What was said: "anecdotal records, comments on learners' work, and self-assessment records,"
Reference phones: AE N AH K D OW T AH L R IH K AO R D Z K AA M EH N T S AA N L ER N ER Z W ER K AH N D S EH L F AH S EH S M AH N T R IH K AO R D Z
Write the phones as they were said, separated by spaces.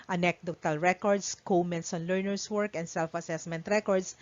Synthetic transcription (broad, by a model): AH N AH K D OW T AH L R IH K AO R D S K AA M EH N T S AA N L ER N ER S W ER K AH N D S EH L F AH S EH S M AH N T R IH K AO R D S